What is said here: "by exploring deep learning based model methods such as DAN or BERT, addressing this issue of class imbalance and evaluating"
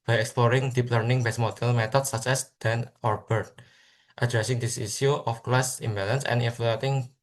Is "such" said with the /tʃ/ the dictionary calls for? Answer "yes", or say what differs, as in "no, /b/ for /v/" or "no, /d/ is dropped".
no, /s/ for /tʃ/